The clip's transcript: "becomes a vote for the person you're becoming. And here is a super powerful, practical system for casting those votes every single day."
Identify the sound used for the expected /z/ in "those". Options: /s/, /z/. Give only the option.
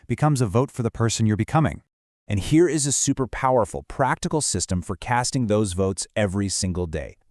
/z/